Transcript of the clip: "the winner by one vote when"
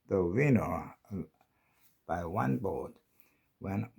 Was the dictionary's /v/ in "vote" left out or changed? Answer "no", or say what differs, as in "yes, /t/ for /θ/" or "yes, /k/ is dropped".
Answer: yes, /b/ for /v/